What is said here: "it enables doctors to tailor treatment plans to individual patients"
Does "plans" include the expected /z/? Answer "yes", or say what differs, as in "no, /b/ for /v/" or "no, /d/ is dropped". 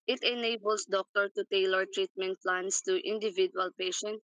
no, /s/ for /z/